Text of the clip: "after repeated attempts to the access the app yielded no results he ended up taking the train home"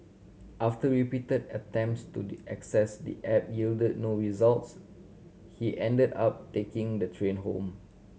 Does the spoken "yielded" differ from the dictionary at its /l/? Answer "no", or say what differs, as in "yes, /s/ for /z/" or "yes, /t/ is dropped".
no